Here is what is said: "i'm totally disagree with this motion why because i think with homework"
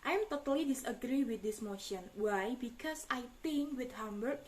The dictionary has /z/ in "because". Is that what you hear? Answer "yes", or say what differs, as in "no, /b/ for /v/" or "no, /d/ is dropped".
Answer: no, /s/ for /z/